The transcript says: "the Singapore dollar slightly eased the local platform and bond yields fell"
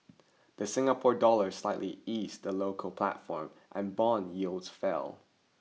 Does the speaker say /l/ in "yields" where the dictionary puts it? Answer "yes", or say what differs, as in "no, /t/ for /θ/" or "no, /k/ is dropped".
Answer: yes